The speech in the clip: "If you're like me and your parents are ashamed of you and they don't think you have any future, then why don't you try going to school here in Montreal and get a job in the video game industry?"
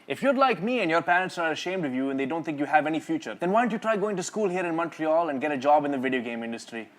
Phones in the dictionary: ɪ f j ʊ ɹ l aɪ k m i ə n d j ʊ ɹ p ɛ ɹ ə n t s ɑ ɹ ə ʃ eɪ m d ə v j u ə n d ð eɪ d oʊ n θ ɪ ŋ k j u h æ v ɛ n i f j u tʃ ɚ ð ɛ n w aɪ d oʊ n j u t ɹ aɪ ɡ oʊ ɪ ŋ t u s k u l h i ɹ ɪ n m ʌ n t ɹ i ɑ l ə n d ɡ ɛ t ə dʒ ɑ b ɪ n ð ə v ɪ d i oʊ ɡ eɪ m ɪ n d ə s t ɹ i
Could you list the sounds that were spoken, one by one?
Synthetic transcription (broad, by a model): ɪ f j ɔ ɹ l aɪ k m i ə n d j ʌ ɹ p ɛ ɹ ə n t s ɑ ɹ ə ʃ eɪ m d ə v j u ə n d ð eɪ d oʊ n t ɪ ŋ k j u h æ v ɛ n i f j u tʃ ɚ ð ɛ n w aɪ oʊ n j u t ɹ aɪ ɡ oʊ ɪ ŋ t u s k u l h i ɹ ɪ n m ʌ n t ɹ i ɑ l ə n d ɡ ɛ t ə dʒ ɑ b ɪ n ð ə v ɪ d i oʊ ɡ eɪ m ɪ n d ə s t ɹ i